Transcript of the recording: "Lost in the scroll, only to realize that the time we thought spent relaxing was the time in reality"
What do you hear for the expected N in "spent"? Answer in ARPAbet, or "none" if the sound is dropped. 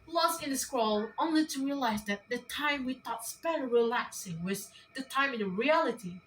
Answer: none